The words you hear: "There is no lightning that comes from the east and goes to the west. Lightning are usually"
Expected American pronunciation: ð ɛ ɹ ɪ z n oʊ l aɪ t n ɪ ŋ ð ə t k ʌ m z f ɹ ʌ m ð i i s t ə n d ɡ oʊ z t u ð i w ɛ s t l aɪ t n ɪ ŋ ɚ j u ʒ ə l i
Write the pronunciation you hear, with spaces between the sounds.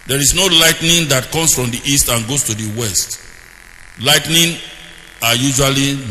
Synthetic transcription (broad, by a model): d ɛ ɹ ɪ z n oʊ l aɪ t n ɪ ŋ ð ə t k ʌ m s f ɹ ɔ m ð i i s t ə n ɡ oʊ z t u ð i w ɛ s t l aɪ t n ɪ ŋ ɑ j u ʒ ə l i